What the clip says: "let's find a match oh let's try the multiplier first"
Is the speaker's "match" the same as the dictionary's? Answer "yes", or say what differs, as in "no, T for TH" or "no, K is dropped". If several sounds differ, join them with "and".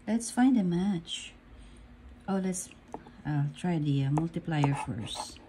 yes